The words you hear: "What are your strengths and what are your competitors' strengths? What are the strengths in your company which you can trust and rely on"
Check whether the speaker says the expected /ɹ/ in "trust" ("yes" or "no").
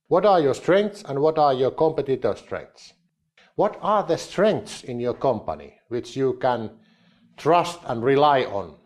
yes